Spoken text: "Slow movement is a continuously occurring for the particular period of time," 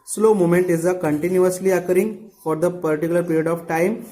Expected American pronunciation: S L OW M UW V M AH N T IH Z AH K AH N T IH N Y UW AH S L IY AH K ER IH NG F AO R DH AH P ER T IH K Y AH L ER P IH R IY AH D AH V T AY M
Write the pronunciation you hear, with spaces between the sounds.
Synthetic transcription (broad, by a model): S L OW M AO M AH N T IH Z AH K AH N T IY N Y UW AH S L IY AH K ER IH NG F AO R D AH P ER T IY K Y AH L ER P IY R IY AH D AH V T AY M